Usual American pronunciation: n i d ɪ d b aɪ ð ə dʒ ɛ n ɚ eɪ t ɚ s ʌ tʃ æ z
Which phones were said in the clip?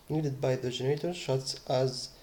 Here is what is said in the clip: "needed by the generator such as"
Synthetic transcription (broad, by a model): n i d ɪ d b aɪ ð ə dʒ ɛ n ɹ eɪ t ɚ ʃ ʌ s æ z